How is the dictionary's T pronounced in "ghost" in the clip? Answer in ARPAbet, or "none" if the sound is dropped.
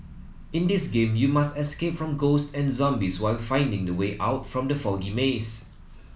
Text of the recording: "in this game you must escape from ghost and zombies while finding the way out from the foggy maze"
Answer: T